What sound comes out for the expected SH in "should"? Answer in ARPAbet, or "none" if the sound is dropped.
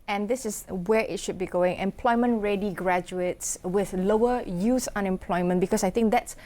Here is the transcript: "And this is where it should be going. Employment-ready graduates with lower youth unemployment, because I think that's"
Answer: SH